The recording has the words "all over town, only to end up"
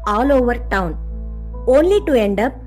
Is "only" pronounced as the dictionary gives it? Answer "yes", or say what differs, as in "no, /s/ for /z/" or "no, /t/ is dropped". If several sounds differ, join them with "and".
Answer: yes